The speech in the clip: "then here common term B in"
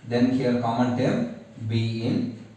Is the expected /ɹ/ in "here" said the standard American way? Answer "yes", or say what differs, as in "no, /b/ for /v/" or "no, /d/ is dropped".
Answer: no, /l/ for /ɹ/